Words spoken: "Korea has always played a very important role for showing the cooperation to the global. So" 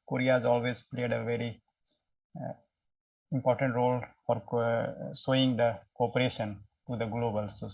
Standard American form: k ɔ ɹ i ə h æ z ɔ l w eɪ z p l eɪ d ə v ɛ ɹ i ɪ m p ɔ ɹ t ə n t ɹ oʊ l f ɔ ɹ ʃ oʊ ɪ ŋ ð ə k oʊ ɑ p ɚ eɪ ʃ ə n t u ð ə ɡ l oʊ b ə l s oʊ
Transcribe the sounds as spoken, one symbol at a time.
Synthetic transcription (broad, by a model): k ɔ ɹ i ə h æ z ɔ l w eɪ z p l eɪ d ə v ɛ ɹ i ɪ m p ɔ ɹ t ə n t ɹ oʊ l f ɔ ɹ s oʊ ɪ ŋ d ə k oʊ ɑ p ɚ eɪ ʃ ə n t u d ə ɡ l oʊ b ə l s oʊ